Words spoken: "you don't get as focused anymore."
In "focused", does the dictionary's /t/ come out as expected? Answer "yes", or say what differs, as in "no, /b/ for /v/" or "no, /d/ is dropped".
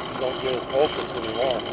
no, /t/ is dropped